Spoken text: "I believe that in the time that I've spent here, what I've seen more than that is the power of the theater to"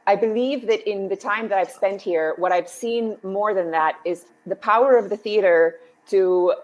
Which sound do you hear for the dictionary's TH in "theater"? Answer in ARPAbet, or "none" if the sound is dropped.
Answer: TH